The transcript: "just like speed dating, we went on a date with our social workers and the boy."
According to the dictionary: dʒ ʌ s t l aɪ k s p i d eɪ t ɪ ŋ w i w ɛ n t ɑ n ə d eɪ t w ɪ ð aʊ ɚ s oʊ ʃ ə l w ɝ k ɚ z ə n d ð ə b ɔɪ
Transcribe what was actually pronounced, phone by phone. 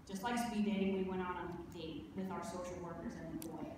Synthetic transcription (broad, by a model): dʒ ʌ s t l aɪ k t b i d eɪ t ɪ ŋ w i w ɛ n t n ə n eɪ w ɪ ð aʊ ɚ s oʊ ʃ l w ɝ k ɚ z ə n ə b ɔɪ